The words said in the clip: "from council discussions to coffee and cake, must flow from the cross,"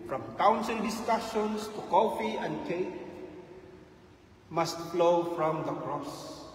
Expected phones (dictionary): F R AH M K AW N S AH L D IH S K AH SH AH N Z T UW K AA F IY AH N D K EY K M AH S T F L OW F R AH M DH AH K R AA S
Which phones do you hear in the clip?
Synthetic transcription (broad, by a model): F R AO M K AW N S AH L D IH S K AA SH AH N S T UW K AA F IY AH N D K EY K M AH S T F L OW F R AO M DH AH K R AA S